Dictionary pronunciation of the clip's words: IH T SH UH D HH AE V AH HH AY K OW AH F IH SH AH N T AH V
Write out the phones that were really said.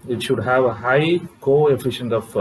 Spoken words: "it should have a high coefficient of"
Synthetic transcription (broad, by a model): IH T SH UH D HH AE V AH HH AY K OW AH F IH SH AH N T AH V